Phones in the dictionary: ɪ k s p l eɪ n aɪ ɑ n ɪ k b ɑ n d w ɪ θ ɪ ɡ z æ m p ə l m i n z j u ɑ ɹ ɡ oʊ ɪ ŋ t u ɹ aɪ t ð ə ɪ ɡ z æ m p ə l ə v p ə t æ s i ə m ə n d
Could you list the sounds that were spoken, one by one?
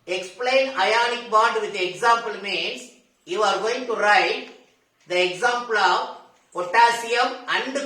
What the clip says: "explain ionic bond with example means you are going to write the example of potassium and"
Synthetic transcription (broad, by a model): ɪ k s p l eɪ n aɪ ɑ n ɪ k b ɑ d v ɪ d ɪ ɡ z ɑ m p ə l m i n s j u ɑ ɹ ɡ oʊ ɪ ŋ t u ɹ aɪ t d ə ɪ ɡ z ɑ m p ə l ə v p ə t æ s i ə m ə n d